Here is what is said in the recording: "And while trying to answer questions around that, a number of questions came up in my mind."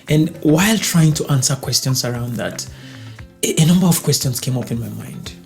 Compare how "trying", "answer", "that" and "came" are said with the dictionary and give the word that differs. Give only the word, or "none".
none